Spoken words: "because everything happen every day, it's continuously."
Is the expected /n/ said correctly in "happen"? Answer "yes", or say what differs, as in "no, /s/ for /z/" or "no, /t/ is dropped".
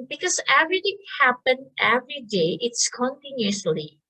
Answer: yes